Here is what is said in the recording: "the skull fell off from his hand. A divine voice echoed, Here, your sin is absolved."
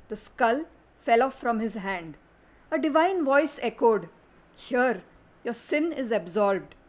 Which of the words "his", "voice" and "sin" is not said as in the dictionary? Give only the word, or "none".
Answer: none